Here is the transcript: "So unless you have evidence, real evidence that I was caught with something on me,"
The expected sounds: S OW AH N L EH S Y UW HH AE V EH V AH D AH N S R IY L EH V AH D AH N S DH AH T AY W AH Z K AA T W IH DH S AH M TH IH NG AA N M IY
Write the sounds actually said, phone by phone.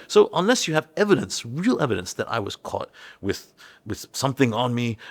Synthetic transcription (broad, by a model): S OW AH N L EH S Y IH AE V EH V AH D AH N S R IY L EH V AH D AH N S DH AH T AY W AH Z K AA T W IH DH S AH M TH IH NG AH N M IY